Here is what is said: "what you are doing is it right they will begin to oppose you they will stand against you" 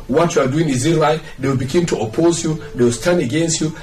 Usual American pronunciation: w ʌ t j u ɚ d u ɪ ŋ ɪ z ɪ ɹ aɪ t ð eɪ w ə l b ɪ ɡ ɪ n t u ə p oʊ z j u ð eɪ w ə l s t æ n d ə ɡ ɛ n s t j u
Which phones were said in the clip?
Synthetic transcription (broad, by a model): w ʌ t j u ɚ d u ɪ ŋ ɪ z ɪ l aɪ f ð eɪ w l b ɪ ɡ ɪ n t u ə p oʊ z j u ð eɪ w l s t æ n d ə ɡ ɛ n s t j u